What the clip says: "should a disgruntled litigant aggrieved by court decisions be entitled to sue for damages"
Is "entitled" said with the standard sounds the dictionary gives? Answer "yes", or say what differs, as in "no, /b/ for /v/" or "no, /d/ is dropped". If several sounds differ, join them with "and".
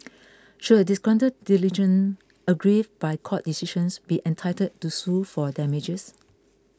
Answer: no, /l/ is dropped